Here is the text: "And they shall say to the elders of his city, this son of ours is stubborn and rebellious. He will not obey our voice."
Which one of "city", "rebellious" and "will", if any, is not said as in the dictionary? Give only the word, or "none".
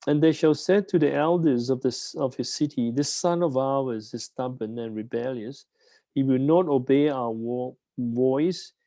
none